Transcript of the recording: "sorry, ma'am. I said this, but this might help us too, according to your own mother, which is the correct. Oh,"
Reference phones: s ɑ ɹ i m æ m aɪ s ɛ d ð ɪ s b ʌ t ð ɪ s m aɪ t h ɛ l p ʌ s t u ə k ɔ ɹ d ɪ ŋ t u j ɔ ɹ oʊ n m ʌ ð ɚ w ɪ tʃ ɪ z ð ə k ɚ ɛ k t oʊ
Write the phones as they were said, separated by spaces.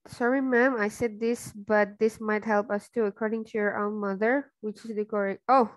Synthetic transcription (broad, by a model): s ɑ ɹ i m æ m aɪ s ɛ d ð ɪ s b ʌ t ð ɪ s m aɪ t h ɛ l p ʌ s t u ə k ɔ ɹ d ɪ ŋ t u j ɔ ɹ oʊ n m ʌ ð ɚ w ɪ tʃ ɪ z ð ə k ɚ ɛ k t oʊ